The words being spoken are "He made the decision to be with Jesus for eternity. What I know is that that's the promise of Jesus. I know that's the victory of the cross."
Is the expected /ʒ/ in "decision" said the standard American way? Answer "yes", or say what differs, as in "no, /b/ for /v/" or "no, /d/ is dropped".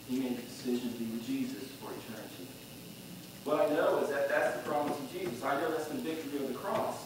yes